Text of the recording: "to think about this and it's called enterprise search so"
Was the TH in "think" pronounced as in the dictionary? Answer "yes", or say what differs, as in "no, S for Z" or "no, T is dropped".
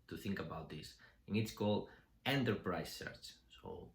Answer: yes